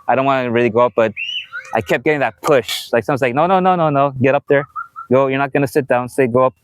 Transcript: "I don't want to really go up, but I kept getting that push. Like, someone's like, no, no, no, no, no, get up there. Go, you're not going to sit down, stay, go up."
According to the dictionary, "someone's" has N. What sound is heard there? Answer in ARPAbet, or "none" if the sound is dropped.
none